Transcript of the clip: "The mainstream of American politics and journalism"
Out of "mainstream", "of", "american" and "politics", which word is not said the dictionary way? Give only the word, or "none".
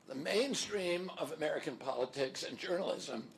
none